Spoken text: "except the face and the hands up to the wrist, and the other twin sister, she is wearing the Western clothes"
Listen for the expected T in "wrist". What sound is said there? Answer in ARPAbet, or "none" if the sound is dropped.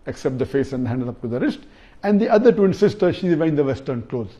T